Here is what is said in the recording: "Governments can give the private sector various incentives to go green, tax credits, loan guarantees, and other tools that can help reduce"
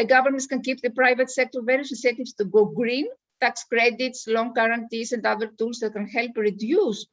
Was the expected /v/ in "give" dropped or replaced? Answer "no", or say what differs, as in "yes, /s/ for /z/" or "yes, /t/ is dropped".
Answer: yes, /p/ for /v/